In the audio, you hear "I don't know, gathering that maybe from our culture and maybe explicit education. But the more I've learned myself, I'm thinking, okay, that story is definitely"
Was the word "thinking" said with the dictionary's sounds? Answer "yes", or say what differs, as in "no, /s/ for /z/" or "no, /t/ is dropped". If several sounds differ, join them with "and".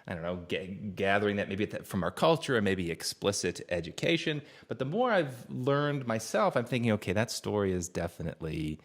yes